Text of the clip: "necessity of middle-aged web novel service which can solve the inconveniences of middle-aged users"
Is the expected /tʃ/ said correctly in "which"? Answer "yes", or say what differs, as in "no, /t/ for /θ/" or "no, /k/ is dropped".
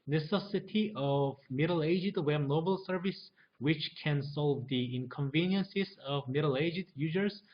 yes